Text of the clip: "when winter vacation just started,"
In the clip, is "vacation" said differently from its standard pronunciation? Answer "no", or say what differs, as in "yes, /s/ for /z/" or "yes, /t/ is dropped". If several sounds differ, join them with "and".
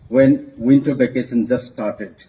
yes, /b/ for /v/